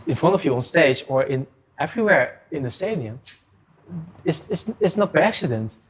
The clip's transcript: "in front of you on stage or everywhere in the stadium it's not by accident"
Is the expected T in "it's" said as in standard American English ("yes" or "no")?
no